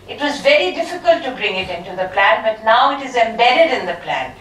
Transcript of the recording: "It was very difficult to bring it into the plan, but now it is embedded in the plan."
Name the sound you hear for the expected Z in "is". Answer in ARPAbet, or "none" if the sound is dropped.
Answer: Z